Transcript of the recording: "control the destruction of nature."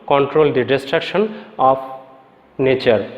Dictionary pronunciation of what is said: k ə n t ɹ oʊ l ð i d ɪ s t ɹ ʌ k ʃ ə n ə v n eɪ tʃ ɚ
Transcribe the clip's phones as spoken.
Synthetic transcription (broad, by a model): k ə n t ɹ oʊ l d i d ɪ s t ɹ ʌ k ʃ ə n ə p n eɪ tʃ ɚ